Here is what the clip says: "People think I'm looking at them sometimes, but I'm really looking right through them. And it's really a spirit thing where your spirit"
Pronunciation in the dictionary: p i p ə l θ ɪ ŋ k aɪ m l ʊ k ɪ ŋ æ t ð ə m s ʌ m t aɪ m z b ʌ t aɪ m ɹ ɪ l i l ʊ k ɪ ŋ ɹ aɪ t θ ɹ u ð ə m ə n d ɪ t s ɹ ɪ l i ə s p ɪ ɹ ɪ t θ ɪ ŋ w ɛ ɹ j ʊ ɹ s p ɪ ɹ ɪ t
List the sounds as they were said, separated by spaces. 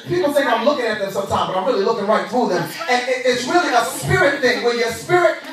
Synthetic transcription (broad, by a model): p i p l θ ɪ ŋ aɪ m l ʊ k ɪ ŋ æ t ð ə m s ʌ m t aɪ m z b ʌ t aɪ m ɹ ɪ l i l ʊ k ɪ ŋ ɹ aɪ t θ ɹ u ð ə m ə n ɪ ɪ t s ɹ ɪ l i ə s p ɪ ɹ ɪ t θ ɪ ŋ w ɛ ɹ j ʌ ɹ s p ɪ ɹ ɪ t